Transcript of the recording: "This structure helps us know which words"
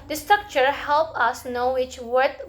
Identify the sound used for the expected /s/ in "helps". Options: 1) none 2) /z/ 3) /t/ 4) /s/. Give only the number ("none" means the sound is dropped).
1